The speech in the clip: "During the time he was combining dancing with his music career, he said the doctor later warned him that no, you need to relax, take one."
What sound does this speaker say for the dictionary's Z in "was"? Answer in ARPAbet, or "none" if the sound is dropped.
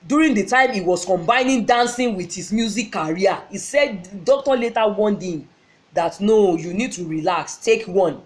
S